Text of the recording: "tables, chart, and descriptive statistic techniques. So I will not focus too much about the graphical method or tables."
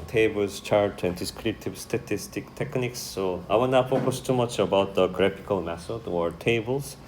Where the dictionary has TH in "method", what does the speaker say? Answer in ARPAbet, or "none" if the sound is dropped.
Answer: S